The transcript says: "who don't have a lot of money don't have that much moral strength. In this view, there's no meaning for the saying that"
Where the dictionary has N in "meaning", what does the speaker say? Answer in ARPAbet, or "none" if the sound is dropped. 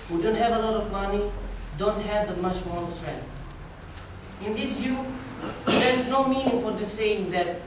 N